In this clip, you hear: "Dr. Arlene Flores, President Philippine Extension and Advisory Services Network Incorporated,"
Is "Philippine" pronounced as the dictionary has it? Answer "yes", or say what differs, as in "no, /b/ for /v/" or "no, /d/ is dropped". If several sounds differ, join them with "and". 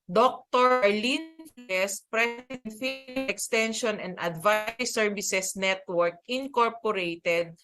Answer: no, /n/ is dropped